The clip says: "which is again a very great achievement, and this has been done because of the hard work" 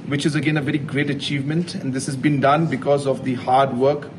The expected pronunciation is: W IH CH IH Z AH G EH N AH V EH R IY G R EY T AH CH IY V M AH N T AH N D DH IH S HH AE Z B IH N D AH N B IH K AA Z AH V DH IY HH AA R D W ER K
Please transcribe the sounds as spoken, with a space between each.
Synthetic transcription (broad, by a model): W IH CH IH Z AH G EH N AH V EH R IY G R EY T AH CH IY V M AH N T AH N D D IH S HH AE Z B IH N D AH N B IH K AA Z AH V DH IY HH AA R D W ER K